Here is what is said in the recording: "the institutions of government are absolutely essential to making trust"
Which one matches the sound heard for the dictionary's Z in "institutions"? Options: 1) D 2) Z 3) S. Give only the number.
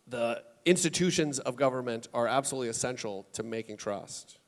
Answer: 2